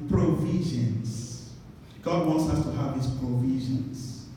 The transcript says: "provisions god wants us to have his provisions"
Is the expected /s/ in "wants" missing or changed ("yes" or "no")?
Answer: no